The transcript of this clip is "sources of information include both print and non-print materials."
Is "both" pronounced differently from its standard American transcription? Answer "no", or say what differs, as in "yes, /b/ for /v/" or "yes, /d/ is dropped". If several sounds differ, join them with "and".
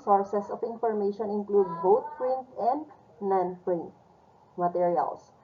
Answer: yes, /t/ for /θ/